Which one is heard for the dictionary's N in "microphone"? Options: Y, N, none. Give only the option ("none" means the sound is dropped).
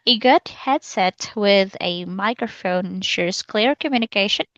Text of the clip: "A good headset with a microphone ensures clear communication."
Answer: none